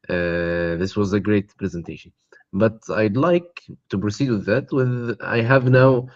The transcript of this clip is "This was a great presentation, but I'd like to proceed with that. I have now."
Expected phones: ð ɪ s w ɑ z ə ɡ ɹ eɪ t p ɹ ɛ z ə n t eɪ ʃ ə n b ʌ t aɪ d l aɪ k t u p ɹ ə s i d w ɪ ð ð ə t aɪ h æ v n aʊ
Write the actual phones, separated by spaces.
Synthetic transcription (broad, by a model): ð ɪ s w ɑ z ə ɡ ɹ eɪ t p ɹ ɛ z ə n t eɪ ʃ ə n b ʌ t aɪ d l aɪ k t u p ɹ ə s i d w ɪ ð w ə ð aɪ h æ v n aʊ